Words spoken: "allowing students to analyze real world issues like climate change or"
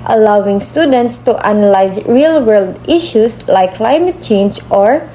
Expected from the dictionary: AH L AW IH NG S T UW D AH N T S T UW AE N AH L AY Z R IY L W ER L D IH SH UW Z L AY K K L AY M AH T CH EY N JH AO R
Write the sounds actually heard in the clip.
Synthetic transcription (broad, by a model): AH L AW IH NG S T UW D AH N T S T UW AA N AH L AY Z R IY L W ER L D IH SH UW S L AY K K L AY M AH T CH EY N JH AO R